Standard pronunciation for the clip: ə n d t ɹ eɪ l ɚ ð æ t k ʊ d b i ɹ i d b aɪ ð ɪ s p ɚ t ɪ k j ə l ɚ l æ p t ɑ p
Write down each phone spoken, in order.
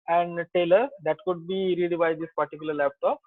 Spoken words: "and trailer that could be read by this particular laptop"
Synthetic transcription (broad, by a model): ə n d t eɪ l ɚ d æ t k ʊ d b i ɹ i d b aɪ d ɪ s p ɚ t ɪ k j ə l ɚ l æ p t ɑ p